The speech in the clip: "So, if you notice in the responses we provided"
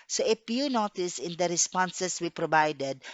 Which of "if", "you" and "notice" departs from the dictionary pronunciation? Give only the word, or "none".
if